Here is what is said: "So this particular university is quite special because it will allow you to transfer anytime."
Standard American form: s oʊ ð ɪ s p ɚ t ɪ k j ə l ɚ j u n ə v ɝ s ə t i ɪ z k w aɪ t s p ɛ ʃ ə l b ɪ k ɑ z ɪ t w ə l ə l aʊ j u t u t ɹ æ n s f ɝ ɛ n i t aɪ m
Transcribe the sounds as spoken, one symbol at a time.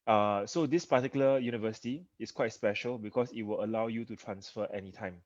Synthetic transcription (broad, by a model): s oʊ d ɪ s p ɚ t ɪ k j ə l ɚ j u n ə v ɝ s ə t i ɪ s k w aɪ t s p ɛ ʃ ə l b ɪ k ɑ s ɪ t w ə l ə l aʊ j u t u t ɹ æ n s f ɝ ɛ n i t aɪ m